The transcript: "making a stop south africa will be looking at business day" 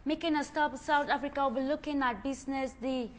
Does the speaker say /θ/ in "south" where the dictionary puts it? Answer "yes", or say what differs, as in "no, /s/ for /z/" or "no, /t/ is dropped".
no, /t/ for /θ/